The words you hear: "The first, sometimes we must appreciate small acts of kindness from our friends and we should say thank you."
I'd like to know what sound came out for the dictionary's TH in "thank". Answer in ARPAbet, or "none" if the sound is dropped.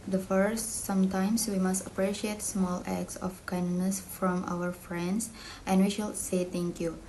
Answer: T